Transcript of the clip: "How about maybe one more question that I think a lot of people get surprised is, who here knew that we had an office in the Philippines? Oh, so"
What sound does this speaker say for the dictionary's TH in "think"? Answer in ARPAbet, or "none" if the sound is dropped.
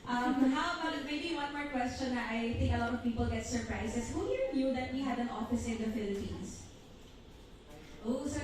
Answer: T